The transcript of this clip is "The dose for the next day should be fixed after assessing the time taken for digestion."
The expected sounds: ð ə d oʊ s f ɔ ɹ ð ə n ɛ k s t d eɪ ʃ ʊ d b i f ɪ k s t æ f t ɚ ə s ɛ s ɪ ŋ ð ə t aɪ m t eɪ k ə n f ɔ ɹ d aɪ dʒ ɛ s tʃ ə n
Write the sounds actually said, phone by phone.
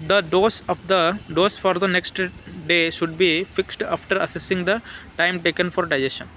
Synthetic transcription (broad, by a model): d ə d oʊ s f ɔ ɹ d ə n ɛ k s t d eɪ ʃ ʊ d b i f ɪ k s t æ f t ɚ ə s ɛ s ɪ ŋ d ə t aɪ m t eɪ k ə n f ɔ ɹ d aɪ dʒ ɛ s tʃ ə n